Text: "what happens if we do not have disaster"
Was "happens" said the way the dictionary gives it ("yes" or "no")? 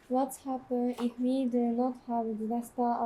no